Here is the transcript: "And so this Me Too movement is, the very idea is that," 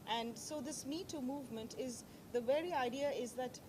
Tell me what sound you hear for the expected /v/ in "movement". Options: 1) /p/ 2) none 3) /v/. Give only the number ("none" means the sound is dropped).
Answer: 3